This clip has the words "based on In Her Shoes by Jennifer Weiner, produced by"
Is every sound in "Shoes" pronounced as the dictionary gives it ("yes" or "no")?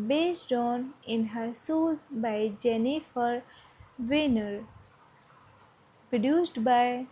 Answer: no